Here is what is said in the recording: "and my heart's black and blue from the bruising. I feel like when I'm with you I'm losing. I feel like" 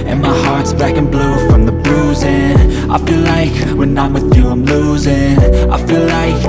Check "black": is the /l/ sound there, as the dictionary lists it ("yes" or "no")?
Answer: no